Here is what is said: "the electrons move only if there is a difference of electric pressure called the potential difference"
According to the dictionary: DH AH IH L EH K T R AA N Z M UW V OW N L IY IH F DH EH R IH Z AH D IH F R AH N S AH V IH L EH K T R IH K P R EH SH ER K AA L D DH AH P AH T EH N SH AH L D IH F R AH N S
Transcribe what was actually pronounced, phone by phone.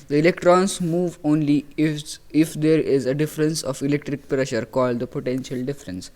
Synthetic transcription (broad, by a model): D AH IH L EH K T R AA N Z M UW V OW N L IY IH F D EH R IH Z AH D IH F R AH N S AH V IH L EH K T R IH K P R EH SH ER K AA L D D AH P AH T EH N SH AH L D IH F R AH N S